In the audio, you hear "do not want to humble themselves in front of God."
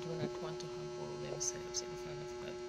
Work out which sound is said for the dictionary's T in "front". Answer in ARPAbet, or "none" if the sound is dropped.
none